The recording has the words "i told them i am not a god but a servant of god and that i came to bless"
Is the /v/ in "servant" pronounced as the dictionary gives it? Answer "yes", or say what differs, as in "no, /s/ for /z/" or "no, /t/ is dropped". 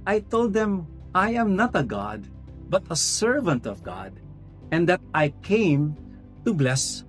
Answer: yes